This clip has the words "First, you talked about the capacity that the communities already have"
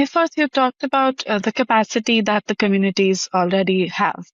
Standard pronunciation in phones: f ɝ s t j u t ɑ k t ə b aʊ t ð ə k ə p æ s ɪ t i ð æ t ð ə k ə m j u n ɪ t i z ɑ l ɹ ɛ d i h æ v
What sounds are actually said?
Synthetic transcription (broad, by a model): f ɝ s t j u t ɑ k t ə b aʊ t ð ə k ə p æ s ɪ t i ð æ t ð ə k ə m j u n ɪ t i z ɑ l ɹ ɛ d i h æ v